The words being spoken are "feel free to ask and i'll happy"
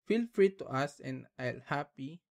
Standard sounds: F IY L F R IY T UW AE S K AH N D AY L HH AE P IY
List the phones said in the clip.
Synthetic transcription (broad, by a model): F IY L F R IY T UW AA S AH N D AY L HH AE P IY